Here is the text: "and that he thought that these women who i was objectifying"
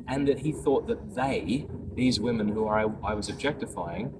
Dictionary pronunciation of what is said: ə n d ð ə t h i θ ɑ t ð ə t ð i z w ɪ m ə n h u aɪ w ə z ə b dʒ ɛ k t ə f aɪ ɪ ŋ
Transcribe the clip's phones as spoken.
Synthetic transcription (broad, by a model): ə n ð ə t h i θ ɑ t ð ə t ð i z w ɪ m ə n h u aɪ w ə z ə b dʒ ɛ k t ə f aɪ ɪ ŋ